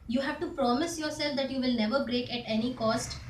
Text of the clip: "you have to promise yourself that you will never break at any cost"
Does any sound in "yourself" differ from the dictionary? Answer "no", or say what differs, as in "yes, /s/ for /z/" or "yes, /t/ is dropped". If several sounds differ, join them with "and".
no